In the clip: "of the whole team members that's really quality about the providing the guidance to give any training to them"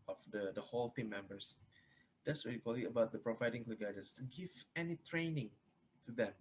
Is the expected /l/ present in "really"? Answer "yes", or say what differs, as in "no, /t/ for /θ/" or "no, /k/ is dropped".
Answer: no, /l/ is dropped